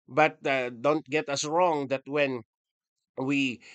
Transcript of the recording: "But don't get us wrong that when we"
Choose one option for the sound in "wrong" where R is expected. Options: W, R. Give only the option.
R